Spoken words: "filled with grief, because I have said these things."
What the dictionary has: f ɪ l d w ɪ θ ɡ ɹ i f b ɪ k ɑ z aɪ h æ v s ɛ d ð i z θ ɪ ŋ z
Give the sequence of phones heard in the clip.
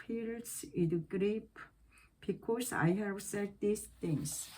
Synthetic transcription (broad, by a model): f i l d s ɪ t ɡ ɹ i p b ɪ k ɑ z aɪ h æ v s ɛ d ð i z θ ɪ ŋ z